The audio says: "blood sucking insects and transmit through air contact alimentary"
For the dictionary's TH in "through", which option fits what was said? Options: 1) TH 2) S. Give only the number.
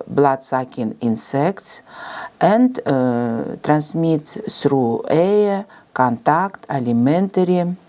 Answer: 2